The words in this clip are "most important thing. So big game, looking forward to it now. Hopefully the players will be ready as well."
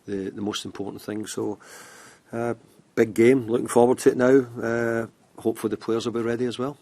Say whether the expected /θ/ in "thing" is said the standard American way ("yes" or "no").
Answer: yes